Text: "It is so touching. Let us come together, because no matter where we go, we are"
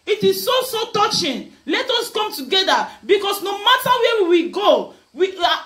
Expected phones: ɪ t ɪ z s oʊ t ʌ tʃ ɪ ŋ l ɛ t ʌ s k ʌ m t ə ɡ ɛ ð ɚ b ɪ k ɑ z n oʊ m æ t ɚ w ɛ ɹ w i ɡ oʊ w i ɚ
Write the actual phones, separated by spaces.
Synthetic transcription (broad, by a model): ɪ t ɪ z s oʊ t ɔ tʃ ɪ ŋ l ɛ t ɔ s k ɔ m t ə ɡ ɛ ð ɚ b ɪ k ɑ s n oʊ m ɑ t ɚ w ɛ w w i ɡ oʊ w i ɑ